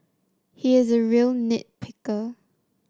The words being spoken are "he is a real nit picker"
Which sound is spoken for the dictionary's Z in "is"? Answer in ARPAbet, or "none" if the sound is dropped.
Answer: Z